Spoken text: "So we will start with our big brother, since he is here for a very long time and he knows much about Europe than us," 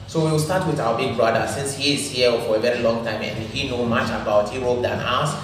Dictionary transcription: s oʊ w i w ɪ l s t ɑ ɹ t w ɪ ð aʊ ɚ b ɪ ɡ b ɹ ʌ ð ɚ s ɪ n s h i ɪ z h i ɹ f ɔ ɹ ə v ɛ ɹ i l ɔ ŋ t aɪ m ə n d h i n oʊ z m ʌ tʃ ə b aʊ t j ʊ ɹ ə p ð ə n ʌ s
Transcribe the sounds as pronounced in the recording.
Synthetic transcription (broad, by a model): s oʊ w i w ɪ l s t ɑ t w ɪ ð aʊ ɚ b ɪ ɡ b ɹ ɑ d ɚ s ɪ n s h i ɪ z h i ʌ f ɔ ɹ ə v ɛ ɹ i l ɔ ŋ t aɪ m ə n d h i n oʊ m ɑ tʃ ə b aʊ t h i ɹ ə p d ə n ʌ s